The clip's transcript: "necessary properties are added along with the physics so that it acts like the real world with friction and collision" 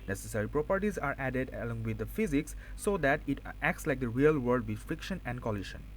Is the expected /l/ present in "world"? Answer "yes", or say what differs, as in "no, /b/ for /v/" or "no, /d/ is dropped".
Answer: no, /l/ is dropped